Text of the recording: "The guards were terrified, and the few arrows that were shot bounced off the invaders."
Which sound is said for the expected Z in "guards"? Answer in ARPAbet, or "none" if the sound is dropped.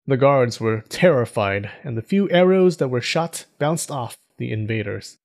Z